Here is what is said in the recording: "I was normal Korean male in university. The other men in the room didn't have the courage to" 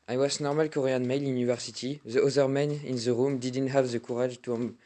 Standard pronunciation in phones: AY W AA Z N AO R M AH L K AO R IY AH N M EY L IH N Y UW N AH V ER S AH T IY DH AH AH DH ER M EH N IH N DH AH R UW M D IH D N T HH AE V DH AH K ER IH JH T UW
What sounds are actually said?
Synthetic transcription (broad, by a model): AY W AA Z N AO R M AH L K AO R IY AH N M EY L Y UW N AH V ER S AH T IY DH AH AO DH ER M EH N IH N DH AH R UW M D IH D N T HH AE V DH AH K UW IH ZH T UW